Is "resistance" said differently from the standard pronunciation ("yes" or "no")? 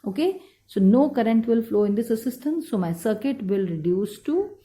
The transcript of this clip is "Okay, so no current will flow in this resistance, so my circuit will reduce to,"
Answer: yes